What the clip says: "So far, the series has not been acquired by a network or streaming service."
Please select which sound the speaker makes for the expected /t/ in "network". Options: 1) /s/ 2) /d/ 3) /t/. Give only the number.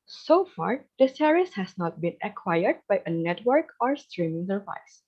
3